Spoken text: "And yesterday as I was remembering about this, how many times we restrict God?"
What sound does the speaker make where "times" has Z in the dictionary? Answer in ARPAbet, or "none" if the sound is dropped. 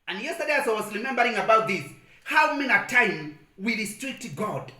none